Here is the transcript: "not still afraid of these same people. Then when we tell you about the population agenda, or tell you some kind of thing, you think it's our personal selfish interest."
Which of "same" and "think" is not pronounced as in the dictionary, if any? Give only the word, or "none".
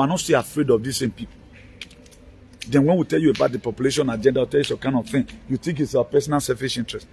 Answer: think